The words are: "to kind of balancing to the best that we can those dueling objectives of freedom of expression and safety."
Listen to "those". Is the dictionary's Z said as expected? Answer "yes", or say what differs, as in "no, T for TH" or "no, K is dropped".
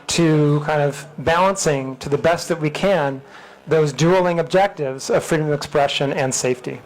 yes